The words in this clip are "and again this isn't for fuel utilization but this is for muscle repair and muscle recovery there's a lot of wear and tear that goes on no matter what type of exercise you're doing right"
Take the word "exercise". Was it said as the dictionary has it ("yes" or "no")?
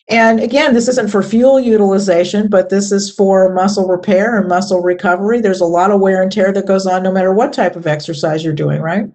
yes